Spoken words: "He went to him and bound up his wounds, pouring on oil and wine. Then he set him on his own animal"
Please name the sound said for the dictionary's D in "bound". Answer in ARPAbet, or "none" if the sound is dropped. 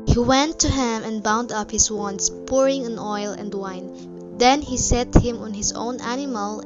D